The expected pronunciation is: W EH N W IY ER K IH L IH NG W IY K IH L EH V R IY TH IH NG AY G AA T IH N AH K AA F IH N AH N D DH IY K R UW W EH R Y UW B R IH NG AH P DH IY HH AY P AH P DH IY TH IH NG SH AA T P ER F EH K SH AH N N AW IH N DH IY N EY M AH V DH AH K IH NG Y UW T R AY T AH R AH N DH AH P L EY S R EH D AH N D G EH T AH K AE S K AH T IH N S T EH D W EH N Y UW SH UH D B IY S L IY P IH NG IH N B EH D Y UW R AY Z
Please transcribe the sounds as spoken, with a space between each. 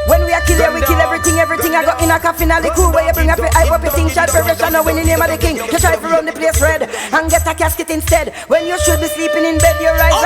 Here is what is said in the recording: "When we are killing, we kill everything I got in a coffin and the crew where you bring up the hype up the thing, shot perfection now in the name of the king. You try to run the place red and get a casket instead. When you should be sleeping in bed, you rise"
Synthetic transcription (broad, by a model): W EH N W IY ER K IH L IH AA W IY K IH L EH V R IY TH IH NG AY G AA T IH N AH K AA F IH N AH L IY K UW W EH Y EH B R IH NG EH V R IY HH AY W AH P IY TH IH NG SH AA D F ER EH SH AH N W IH N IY N EY M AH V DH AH K IH NG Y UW T R AY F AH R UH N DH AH P L EY S R EH D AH N G EH T AH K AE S K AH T IH N S T EH D W EH N Y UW SH UH D B IY S L IY P IH NG IH N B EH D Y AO R AY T